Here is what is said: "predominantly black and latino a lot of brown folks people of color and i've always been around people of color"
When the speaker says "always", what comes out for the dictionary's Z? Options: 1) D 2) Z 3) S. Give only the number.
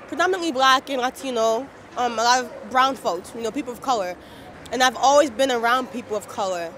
2